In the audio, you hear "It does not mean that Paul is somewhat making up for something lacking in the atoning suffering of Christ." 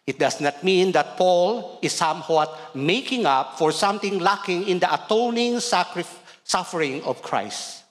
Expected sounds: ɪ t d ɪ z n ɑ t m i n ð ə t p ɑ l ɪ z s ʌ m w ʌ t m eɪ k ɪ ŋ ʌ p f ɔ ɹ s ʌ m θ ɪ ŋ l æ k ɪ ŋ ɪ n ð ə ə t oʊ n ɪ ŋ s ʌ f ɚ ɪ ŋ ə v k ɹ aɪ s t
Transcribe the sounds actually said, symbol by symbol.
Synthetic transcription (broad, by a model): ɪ t d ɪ s n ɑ t m i n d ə t p ɑ l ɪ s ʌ m w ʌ t m eɪ k ɪ ŋ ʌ p f ɔ ɹ s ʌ m t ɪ ŋ l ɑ k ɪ ŋ ɪ n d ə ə t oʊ n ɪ ŋ s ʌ f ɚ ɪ ŋ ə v k ɹ aɪ s t